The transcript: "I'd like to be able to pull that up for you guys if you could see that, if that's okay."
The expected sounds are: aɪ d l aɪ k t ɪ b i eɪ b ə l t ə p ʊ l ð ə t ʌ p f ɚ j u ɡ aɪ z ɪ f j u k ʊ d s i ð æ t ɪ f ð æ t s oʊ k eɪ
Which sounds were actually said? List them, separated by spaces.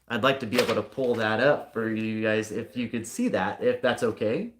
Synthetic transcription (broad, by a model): aɪ d l aɪ k t ɪ b i eɪ b l t ə p ʊ l ð ə t ʌ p f ɚ j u ɡ aɪ z ɪ f j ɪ k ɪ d s i ð æ t ɪ f ð æ t s oʊ k eɪ